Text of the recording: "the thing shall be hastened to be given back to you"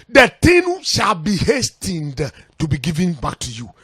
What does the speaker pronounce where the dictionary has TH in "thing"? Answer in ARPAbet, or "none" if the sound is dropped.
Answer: T